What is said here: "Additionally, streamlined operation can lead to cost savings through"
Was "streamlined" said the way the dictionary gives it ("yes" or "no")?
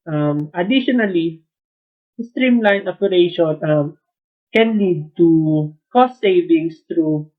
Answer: no